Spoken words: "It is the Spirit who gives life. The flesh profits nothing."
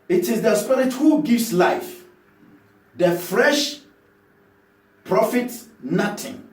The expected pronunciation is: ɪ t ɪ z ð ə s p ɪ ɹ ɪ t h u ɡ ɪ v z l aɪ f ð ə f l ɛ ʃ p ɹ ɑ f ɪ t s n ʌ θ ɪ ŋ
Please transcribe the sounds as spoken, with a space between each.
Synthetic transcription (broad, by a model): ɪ t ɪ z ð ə s p ɪ ɹ ɪ t h u ɡ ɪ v s l aɪ f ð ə f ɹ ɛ ʃ p ɹ ɑ f ɪ t s n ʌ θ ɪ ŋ